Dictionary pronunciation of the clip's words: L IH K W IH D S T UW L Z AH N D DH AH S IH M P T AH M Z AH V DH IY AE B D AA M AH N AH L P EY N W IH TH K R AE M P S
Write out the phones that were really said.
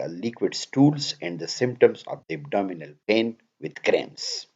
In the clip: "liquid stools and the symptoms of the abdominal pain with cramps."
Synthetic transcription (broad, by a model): L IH K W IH D S T UW L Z AH N D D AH S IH M P T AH M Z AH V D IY AE B D AA M AH N AH L P EY N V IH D K R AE M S